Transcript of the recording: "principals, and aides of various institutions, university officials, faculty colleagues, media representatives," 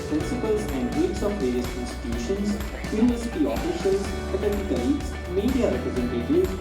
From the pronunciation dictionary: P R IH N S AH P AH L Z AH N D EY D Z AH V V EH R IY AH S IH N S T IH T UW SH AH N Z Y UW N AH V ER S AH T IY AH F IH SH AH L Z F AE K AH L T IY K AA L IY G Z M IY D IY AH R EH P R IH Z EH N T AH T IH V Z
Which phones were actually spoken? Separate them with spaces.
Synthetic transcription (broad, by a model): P R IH N S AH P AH L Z AH N D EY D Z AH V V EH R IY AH S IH N S T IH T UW SH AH N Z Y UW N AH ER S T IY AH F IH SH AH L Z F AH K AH T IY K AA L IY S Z M IY D IY AH R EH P R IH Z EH N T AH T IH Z